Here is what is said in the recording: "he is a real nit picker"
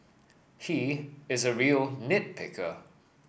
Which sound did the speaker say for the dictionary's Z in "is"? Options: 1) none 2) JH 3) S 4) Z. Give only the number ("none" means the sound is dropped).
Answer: 4